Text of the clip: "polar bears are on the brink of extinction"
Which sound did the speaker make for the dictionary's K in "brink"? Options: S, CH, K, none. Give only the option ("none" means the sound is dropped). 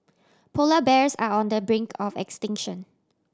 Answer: K